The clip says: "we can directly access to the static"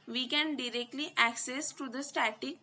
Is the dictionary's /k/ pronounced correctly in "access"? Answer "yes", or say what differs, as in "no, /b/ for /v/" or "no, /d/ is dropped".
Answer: yes